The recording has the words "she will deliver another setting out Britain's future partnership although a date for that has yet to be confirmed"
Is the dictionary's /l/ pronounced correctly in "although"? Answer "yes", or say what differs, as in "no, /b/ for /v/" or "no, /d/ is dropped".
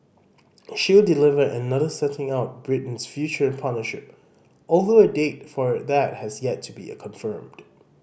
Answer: yes